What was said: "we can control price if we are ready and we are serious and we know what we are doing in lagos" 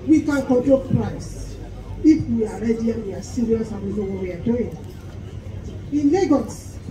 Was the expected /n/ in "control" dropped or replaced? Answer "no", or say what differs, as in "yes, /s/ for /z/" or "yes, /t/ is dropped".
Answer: yes, /n/ is dropped